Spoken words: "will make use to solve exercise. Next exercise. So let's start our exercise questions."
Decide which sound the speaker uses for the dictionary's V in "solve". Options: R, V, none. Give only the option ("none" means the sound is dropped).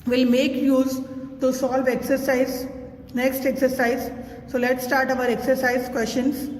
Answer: V